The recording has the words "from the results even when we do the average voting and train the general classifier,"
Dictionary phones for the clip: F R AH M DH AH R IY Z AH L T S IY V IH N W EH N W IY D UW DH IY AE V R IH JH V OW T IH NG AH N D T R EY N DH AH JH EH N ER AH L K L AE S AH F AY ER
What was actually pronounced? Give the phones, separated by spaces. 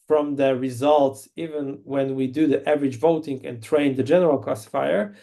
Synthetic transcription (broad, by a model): F R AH M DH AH R IY Z AH L T S IY V IH N W EH N W IY D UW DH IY AE V R IH JH V OW T IH NG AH N T R EY N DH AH JH EH N ER AH L K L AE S F AY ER